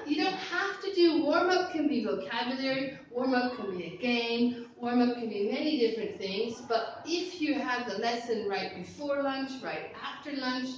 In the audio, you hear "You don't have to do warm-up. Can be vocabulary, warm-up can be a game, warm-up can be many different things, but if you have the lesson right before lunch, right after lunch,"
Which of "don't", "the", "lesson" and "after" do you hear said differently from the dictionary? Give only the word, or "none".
none